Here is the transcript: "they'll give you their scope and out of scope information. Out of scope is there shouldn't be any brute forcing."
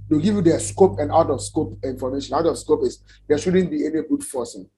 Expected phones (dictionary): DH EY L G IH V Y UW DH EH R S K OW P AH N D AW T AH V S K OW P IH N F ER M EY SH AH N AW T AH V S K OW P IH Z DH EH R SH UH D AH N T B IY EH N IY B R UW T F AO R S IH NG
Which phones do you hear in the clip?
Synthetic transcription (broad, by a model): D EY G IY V Y UW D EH S K OW P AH N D AW T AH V S K OW P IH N F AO M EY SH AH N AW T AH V S K OW P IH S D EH SH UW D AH N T B IY EH N IY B UW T F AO S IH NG